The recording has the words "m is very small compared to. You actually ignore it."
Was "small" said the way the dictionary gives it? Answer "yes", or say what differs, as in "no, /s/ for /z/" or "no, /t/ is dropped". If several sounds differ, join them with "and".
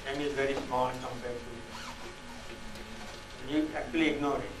no, /n/ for /l/